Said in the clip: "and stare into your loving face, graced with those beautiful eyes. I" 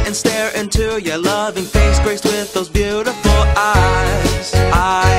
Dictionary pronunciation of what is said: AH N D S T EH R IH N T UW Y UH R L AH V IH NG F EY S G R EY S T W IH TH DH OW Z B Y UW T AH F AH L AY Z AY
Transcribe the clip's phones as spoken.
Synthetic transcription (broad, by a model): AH N S T EH R IH N T UW Y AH R L AH V IH NG F EY S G R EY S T W IH DH OW Z B Y UW T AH F L AY Z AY